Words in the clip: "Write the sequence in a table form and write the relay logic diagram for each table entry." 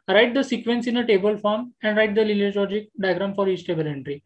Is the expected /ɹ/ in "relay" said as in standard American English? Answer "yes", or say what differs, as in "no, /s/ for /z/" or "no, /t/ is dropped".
no, /l/ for /ɹ/